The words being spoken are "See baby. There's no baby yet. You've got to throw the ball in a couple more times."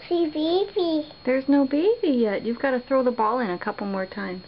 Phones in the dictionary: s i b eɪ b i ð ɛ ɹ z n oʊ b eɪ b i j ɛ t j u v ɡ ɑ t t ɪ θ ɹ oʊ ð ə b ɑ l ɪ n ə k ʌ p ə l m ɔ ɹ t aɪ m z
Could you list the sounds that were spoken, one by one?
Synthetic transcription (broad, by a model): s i b eɪ b i ð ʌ ɹ z n oʊ b eɪ b i j ɛ t j u v ɡ ɑ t t ɪ θ ɹ oʊ ð ə b ɑ l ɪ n ə k ʌ p l m ɔ ɹ t aɪ m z